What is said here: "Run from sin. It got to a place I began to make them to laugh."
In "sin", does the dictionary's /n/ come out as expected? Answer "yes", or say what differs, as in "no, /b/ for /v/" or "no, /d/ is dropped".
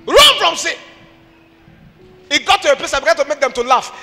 no, /n/ is dropped